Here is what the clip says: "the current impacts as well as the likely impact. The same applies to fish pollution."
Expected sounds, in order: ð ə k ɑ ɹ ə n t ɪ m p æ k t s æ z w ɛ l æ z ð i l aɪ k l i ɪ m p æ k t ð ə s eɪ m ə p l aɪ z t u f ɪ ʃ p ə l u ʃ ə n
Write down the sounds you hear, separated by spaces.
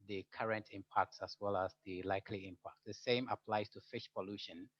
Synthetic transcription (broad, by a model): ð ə k ɑ ɹ ə n t ɪ m p æ k t s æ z w ɛ l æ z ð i l aɪ k l i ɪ m p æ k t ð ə s eɪ m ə p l aɪ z t u f ɪ ʃ p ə l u ʃ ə n